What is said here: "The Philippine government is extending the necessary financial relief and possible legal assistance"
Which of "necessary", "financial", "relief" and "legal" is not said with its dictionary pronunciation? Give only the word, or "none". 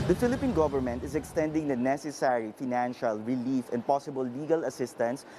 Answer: none